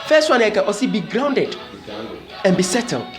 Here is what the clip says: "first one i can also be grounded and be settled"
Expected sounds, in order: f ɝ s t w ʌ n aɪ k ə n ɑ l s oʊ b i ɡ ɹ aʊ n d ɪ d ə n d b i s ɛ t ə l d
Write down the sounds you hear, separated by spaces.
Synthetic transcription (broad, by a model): f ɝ s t w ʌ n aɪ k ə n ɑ s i b i ɡ ɹ aʊ n d ɪ d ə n b i s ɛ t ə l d